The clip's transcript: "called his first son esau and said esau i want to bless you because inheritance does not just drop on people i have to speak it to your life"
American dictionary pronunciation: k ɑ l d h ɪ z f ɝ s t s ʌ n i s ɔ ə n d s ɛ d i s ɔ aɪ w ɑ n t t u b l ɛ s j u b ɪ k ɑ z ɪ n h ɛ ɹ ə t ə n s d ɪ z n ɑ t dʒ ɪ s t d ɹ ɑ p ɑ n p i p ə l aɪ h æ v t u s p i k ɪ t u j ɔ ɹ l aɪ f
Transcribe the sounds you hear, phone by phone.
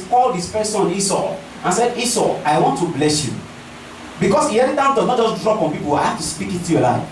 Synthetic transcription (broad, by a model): k ɑ l d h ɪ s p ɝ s s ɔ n i s ɔ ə n s ɛ d i s ɔ aɪ w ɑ n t t u b l ɛ s j u b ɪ k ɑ s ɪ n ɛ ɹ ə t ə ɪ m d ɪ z n ɑ t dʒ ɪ s d ɹ ɑ p ɑ n p i p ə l aɪ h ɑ f t u s p i k ɪ t u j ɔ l aɪ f